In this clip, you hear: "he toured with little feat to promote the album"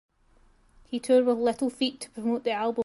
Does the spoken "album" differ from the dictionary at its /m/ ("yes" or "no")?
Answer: yes